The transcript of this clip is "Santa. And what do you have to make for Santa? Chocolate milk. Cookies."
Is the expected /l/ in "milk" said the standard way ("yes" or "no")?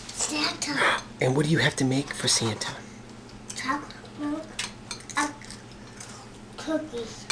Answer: no